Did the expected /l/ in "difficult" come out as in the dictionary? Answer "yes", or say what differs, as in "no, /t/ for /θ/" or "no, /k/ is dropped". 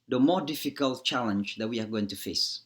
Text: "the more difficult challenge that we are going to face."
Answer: yes